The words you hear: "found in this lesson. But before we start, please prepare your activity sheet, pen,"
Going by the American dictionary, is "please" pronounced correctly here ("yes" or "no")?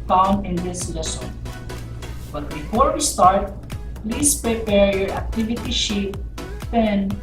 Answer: no